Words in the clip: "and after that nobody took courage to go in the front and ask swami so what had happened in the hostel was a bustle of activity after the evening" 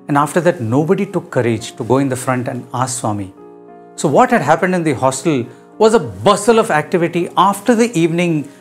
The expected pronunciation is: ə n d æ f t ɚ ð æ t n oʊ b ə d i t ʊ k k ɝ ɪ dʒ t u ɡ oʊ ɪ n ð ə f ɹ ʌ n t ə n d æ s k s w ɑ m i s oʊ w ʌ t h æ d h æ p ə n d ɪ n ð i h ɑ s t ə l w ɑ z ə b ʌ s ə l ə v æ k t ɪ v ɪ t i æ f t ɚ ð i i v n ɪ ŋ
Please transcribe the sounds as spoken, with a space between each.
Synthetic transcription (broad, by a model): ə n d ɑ f t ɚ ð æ t n oʊ b ə d i t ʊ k k ɝ ɪ dʒ t u ɡ oʊ ɪ n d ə f ɹ ʌ n t ə n d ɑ s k s w ɑ m i s oʊ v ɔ t h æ d h æ p ə n d ɪ n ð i h ɑ s t ə l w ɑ z ə b ʌ s ə l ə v æ k t ɪ v ɪ t i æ f t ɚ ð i i v n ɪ ŋ